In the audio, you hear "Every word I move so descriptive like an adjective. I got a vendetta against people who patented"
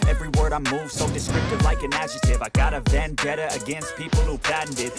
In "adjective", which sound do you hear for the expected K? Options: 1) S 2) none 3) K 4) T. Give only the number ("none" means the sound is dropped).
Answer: 2